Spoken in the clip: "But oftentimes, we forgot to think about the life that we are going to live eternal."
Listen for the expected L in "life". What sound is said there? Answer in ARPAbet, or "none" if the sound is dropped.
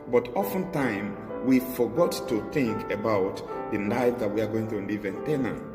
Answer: N